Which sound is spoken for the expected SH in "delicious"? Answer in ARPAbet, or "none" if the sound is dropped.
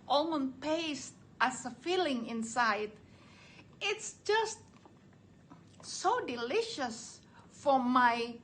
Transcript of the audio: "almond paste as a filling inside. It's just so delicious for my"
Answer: SH